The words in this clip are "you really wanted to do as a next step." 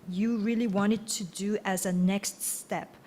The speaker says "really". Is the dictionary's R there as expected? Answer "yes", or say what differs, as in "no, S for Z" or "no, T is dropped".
yes